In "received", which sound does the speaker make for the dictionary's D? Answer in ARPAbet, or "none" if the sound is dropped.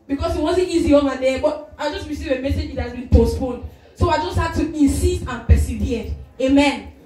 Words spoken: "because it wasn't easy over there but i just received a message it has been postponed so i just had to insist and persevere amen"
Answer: none